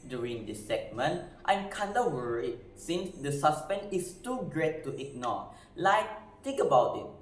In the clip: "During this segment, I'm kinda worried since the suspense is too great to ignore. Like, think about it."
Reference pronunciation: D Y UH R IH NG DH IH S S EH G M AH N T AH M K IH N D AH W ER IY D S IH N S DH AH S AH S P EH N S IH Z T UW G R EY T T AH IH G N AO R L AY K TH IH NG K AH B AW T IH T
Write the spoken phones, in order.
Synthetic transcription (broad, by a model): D Y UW R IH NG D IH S S EH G M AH N T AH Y K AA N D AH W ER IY S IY N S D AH S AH S P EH N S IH S T UW G R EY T T AH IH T N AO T L AY K T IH NG K AH B AW T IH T